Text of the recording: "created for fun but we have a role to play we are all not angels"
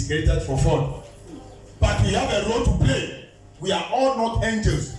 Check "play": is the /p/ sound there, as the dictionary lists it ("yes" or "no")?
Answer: yes